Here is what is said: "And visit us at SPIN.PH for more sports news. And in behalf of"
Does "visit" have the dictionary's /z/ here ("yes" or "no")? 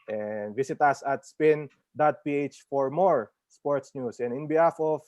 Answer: no